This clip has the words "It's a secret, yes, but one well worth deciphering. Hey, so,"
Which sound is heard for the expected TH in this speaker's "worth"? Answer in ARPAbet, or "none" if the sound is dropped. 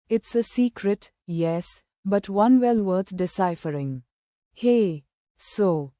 T